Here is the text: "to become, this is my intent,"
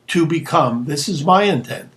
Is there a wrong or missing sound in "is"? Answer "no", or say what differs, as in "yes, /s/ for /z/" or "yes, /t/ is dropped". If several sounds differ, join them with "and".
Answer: no